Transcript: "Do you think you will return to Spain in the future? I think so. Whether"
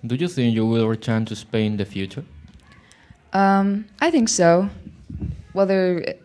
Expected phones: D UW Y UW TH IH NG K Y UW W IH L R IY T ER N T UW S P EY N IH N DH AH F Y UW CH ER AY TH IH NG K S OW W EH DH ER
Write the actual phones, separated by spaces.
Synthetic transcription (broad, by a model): D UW Y UW TH IH NG K Y UW W IH L R IY T ER N T UW S P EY IH N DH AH F Y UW CH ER AY TH IH NG K S OW W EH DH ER